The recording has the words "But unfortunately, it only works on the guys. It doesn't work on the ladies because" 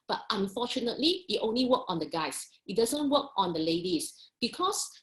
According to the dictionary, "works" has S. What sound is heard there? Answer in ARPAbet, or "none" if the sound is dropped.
none